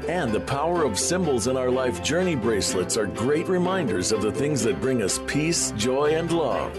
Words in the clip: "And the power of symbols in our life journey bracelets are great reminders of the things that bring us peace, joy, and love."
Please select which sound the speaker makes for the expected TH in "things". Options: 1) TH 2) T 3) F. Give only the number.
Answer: 1